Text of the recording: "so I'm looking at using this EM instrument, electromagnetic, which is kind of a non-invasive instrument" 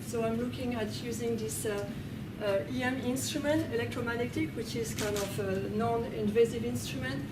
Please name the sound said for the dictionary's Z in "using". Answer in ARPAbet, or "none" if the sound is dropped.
Z